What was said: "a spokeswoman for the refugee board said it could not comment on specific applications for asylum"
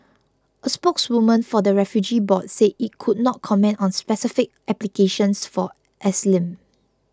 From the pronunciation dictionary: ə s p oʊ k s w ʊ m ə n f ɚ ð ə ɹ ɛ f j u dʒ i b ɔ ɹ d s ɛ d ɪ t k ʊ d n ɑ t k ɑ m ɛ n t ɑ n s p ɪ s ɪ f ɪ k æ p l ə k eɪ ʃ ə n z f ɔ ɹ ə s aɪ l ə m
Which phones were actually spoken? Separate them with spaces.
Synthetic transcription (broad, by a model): ə s p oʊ k s w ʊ m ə n f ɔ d ə ɹ ɛ f j u dʒ i b ɔ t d s ɛ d ɪ t k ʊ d n ɑ t k ɑ m ɛ n t ɑ n s p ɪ s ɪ f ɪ k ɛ p l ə k eɪ ʃ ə n s f ɔ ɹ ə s l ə m